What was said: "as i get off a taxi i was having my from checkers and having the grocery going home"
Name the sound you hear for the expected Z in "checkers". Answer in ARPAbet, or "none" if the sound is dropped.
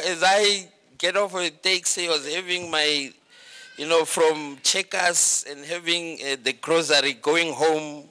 S